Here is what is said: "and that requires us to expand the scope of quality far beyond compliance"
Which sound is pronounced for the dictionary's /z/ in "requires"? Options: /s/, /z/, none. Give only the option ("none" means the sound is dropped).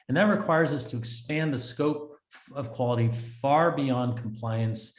/z/